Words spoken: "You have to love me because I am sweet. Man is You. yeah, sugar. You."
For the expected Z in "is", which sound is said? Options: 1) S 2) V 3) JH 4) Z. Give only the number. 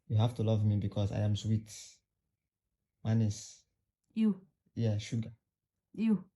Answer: 1